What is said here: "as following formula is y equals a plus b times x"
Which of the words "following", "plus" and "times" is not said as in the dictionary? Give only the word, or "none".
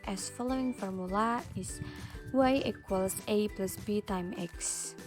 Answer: times